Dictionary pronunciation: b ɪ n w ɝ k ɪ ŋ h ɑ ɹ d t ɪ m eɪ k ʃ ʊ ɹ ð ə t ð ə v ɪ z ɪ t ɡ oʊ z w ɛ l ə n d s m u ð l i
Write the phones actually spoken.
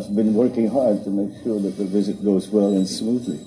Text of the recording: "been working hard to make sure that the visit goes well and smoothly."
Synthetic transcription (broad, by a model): b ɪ n w ɝ k ɪ ŋ h ɑ ɹ d t ɪ m eɪ k ʃ ʊ ɹ ð ə t ð ə v ɪ z ɪ t ɡ oʊ z w ɛ l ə n s m u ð l i